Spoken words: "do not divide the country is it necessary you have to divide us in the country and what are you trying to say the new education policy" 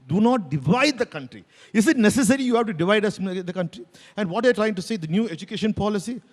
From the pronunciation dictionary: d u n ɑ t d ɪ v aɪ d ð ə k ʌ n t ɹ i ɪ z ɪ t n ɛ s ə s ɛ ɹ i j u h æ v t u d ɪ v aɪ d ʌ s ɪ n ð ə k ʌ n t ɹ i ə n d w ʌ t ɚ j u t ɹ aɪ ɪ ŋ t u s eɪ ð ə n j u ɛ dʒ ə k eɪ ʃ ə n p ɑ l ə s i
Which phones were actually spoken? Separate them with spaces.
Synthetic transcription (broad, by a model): d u n ɑ t d ɪ v aɪ d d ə k ʌ n t ɹ i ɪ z ɪ t n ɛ s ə s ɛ ɹ i j u h æ v t u d ɪ v aɪ d ʌ s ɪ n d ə k ʌ n t ɹ i ə n d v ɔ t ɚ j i t ɹ aɪ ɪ ŋ t u s eɪ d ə n j u ɛ dʒ ə k eɪ ʃ ə n p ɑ l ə s i